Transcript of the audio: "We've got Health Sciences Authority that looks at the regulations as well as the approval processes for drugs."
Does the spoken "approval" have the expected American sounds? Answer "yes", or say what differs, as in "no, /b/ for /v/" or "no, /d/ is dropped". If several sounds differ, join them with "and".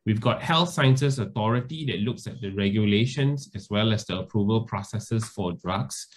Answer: yes